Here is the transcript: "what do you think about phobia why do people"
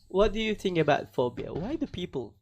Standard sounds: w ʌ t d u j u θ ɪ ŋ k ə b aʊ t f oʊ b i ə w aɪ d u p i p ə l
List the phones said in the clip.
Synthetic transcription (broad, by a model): w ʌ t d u j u θ ɪ ŋ k ə b aʊ t f oʊ b i ə w aɪ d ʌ p i p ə l